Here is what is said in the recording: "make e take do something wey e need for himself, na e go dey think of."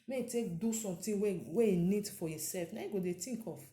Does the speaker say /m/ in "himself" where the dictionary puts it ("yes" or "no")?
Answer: no